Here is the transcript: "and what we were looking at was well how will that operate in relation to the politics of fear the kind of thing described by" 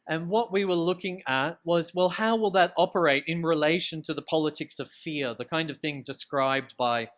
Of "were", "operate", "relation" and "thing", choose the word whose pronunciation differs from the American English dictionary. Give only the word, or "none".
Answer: none